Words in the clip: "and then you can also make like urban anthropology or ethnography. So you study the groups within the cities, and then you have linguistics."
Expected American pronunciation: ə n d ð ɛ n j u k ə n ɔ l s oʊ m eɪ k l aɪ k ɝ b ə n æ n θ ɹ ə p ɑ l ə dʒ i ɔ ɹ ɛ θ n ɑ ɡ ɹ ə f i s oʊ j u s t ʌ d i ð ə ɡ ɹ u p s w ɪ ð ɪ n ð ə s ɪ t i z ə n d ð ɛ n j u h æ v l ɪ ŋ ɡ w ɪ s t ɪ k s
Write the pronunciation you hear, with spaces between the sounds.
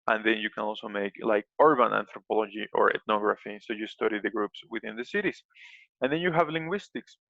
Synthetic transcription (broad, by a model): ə n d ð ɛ n j u k ə n ɔ l s oʊ m eɪ k l aɪ k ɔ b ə n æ n t ɹ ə p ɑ l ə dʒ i ɔ ɹ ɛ t n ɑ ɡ ɹ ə f i s oʊ j u s t ʌ d i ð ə ɡ ɹ u p s w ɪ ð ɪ n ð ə s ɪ t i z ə n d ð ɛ n j u h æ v l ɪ ŋ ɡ w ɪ s t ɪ k s